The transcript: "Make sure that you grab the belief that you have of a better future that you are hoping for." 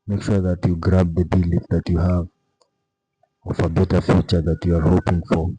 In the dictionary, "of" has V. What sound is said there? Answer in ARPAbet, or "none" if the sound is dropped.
F